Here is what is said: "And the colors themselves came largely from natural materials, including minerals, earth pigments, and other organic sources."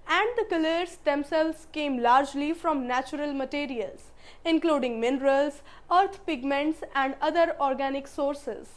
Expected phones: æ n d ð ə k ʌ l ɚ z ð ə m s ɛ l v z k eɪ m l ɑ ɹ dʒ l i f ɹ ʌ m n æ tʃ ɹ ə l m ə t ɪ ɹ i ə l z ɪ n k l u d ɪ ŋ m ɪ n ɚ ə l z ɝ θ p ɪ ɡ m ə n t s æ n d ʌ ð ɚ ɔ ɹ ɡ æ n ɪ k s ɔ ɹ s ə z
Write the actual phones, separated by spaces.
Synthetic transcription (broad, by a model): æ n d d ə k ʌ l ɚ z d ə m s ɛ l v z k eɪ m l ɑ ɹ dʒ l i f ɹ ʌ m n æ tʃ ɹ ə l m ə t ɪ ɹ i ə l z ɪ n k l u d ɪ ŋ m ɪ n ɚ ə l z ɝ t p ɪ ɡ m ə n t s æ n d ʌ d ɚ ɔ ɹ ɡ æ n ɪ k s ɔ ɹ s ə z